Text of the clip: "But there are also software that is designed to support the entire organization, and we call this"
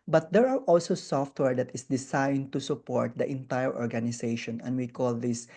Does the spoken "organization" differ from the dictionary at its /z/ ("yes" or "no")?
yes